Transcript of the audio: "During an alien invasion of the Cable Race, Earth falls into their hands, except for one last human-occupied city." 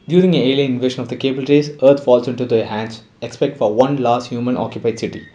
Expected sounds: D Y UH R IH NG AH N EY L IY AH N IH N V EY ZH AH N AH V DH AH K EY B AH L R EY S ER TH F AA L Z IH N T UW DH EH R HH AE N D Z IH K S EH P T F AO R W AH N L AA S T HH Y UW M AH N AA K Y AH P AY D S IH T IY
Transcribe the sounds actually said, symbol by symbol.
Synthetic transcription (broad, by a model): D Y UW R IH NG AH N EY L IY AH IH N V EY SH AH N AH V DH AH K EY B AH L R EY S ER T F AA L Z IH N T UW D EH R HH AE N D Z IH K S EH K T F AO R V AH N L AA S T HH Y UW M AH N AA K Y AH P AY D S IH T IY